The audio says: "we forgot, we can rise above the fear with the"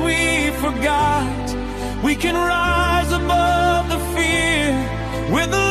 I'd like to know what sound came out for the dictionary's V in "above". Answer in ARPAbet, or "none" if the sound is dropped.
V